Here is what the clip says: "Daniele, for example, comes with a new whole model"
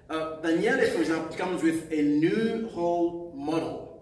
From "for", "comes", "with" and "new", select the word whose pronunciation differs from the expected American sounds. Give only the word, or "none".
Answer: none